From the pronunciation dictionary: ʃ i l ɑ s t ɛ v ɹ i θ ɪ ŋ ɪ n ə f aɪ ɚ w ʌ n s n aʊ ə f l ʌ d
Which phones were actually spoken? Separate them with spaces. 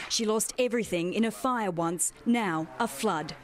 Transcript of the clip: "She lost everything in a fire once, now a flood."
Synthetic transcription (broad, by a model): ʃ i l ɑ s t ɛ v ɹ i θ ɪ ŋ ɪ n ə f aɪ ɚ w ʌ n s n aʊ ə f l ʌ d